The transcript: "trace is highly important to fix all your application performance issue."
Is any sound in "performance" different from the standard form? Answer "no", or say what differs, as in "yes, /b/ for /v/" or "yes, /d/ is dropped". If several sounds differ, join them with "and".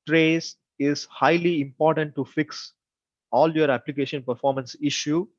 no